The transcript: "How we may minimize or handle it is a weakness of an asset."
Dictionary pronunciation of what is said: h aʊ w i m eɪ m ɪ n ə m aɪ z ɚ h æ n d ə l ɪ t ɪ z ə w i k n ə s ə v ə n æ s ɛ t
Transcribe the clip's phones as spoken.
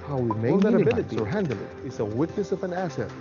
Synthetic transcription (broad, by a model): h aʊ w i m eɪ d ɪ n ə i ɚ h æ n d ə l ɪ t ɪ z ə w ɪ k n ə s ə v ə n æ s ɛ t